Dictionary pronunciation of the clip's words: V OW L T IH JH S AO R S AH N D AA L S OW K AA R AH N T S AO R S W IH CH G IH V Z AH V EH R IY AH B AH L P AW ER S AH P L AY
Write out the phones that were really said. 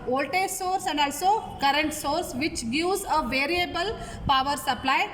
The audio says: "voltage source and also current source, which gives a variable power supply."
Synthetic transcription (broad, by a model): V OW L T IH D S AO R S AH N D AA L S OW K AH R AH N T S AO R S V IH CH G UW Z AH V EH R IY AH B AH L P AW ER S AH P L AY